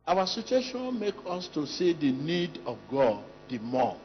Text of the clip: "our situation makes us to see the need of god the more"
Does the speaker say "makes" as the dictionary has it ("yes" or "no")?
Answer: no